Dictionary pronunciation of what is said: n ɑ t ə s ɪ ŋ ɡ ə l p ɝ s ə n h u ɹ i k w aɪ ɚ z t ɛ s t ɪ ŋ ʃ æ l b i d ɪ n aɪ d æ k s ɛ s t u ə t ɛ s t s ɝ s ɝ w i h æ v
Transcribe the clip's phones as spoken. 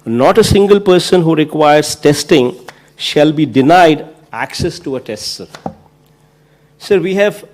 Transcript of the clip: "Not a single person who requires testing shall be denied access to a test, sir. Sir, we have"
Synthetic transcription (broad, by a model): n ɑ t ə s ɪ ŋ ɡ ə l p ɝ s ə n h u ɹ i k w aɪ ɚ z t ɛ s t ɪ ŋ ʃ æ l b i d ɪ n aɪ d æ k s ɛ s t u ə t ɛ s t s ɝ s ɝ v i h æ v